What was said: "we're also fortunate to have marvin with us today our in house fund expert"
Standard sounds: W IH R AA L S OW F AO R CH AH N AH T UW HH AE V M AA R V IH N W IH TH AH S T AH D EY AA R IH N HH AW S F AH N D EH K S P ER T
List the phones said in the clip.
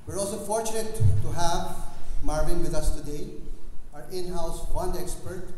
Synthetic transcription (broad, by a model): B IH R AA L S OW F AO R CH AH N AH T UW HH AE V M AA R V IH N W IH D AH S T AH D EY AA R IH N HH AW S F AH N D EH K S P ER T